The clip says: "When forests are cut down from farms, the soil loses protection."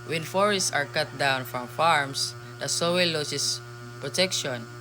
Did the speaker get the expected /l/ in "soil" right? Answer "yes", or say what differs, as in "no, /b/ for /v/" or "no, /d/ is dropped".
no, /w/ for /l/